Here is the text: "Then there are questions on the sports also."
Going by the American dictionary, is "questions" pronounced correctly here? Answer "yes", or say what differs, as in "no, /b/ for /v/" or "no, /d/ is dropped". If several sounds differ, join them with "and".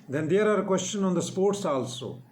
no, /z/ is dropped